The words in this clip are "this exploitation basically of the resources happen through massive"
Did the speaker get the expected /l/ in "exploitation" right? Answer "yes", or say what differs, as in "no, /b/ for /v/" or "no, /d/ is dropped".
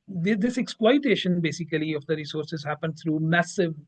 no, /w/ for /l/